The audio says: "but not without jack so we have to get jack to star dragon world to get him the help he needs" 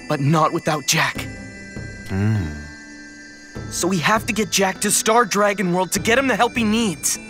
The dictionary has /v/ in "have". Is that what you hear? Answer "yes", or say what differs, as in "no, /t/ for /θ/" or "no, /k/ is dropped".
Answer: no, /f/ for /v/